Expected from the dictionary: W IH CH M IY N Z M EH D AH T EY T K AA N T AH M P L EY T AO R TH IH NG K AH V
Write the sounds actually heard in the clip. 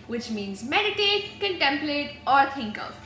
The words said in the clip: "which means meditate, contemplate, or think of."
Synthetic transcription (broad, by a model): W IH CH M IY N Z M EH D AH T EY T K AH N T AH M P L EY T AO R T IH NG K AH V